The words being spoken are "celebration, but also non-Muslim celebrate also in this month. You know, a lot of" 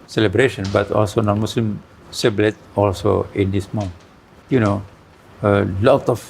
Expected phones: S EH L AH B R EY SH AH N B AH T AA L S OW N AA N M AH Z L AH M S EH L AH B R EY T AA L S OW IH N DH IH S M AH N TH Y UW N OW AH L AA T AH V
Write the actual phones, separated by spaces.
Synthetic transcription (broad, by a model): S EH L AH B R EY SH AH N B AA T AA L S OW N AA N M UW S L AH M S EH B L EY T AA L S OW IH N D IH S M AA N Y UW N OW AH L AA T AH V